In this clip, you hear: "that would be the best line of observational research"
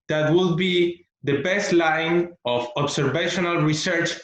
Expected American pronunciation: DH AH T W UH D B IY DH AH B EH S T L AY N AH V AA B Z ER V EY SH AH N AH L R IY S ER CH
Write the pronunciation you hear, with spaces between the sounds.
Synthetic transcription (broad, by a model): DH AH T W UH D B IY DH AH B EH S T L AY N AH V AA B S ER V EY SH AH N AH L R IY S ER CH